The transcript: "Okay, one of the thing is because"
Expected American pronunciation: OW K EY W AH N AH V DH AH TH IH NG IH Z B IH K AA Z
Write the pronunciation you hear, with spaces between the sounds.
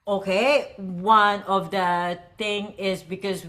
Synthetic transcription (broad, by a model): OW K EY W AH N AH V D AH T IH NG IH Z B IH K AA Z